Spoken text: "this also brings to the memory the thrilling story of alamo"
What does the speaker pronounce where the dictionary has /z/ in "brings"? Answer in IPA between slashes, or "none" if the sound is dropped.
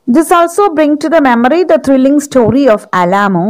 none